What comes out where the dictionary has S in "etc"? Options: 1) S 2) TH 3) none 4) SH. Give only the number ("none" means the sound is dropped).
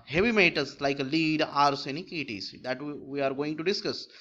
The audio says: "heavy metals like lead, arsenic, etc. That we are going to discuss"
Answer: 3